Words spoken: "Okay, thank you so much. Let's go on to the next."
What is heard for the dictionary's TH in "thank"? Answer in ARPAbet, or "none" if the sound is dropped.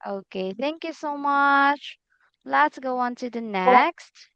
TH